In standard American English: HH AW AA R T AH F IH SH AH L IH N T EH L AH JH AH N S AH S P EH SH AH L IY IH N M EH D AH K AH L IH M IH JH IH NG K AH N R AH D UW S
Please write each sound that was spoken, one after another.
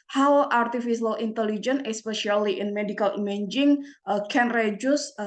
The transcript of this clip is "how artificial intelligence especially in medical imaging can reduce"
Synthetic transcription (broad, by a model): HH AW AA R T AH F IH S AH L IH N T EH L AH JH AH N AH S P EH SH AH L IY IH N M EH D AH K AH L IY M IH JH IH NG K AH N R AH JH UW S